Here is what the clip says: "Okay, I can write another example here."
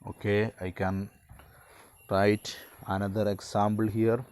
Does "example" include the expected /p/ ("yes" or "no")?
no